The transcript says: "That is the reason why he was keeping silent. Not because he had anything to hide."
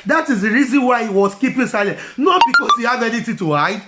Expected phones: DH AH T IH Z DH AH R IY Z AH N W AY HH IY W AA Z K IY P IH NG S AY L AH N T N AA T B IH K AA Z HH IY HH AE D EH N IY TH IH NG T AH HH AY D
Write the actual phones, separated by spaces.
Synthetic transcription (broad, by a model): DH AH T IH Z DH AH R IY Z AH N W AY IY W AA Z K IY P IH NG S AY L AH N T N AA T B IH K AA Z HH IY HH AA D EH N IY T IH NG T AH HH AY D